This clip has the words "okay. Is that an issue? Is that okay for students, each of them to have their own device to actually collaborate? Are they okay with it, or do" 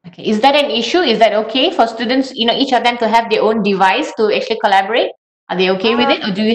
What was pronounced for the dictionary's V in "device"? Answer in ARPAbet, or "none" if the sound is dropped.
V